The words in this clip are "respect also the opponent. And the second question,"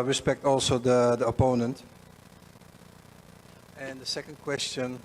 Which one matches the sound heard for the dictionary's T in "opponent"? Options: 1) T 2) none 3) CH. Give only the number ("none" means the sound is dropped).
1